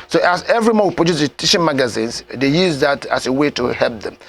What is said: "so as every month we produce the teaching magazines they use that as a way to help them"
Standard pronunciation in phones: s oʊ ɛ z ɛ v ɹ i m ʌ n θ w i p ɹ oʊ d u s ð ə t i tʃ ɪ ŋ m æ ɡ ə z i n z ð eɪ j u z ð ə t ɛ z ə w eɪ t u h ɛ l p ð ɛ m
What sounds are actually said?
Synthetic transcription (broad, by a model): s oʊ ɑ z ɛ v ɹ i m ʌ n w i p ɹ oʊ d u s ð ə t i ʃ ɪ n m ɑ ɡ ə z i n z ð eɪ j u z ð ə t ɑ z ə w eɪ t u h ɛ l p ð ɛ m